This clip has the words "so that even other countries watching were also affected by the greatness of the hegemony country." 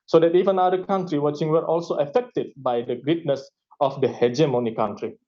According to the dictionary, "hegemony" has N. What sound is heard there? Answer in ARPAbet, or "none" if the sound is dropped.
N